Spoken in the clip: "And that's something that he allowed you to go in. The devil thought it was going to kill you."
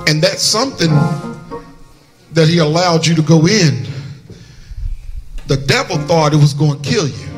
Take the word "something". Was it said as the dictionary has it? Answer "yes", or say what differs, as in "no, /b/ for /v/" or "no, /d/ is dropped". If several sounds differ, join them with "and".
yes